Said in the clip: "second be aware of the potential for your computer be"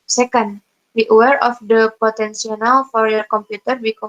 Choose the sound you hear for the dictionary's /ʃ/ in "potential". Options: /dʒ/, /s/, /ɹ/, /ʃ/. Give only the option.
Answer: /s/